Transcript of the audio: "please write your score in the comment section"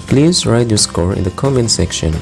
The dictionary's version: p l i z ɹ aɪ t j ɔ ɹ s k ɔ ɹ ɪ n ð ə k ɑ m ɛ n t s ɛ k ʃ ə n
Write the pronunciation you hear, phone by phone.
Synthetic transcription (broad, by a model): p l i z ɹ aɪ t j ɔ s k ɔ ɹ ɪ n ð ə k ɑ m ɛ n s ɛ k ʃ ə n